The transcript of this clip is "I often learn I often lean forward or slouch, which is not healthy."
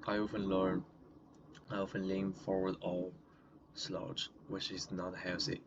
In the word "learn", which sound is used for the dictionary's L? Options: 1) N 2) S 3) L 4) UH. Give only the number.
3